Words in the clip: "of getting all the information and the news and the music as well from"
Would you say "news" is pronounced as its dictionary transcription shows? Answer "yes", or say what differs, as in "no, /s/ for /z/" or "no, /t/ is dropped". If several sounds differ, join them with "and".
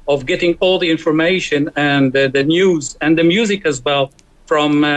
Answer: yes